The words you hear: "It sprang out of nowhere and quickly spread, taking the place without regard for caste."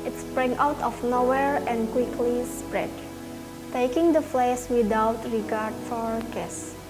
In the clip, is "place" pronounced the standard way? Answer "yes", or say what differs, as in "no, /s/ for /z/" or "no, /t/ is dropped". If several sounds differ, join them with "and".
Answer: no, /f/ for /p/